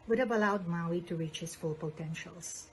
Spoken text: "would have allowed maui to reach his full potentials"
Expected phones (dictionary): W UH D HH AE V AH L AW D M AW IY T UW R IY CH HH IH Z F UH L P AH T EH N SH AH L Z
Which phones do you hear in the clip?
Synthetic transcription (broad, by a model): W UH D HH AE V AH L AW D M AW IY T UW R IY CH HH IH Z F UH L P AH T EH N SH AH L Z